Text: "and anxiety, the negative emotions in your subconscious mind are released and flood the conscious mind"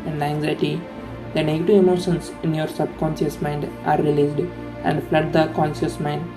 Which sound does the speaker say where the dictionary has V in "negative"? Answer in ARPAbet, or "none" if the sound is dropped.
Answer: V